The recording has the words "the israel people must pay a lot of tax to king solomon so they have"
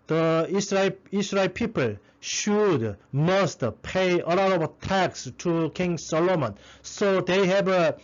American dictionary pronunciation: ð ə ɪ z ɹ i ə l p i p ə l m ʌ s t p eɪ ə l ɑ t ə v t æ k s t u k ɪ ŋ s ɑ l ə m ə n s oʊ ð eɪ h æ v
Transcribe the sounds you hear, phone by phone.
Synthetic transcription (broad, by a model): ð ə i s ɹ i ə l p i p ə l m ʌ s t p eɪ ə l ɑ t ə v t æ k s t u k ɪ ŋ s ɑ l ə m ə n s oʊ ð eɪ h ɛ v